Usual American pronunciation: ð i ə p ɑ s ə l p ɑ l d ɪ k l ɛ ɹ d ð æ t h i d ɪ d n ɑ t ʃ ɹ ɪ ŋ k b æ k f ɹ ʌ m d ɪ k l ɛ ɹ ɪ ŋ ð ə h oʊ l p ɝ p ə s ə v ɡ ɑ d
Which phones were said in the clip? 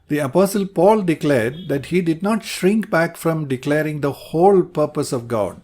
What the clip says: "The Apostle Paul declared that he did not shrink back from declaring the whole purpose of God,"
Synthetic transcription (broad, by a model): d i ə p ɑ s ə l p ɑ l d ɪ k l ɛ ɹ d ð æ t h i d ɪ d n ɑ t ʃ ɹ ɪ ŋ k b æ k f ɹ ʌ m d ɪ k l ɛ ɹ ɪ ŋ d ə h oʊ l p ɝ p ə s ə v ɡ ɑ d